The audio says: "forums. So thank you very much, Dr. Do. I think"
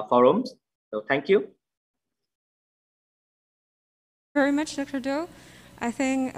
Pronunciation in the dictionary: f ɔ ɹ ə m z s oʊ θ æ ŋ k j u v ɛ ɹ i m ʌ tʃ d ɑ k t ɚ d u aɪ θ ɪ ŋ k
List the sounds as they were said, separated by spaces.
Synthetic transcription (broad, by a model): f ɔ ɹ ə m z s oʊ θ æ ŋ k j u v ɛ ɹ i m ʌ tʃ d ɑ k t ɚ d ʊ aɪ θ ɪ ŋ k